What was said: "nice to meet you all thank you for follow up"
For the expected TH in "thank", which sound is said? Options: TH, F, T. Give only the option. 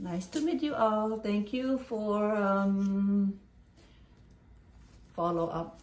T